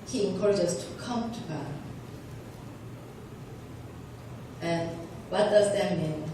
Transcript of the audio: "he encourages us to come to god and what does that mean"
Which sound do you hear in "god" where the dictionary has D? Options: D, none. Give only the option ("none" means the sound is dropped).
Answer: none